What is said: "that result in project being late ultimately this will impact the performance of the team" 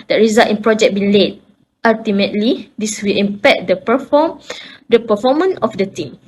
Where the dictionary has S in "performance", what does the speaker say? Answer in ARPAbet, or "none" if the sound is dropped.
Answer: none